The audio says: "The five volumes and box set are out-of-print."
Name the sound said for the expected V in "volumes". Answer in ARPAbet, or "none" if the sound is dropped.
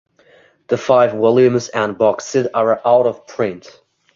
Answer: W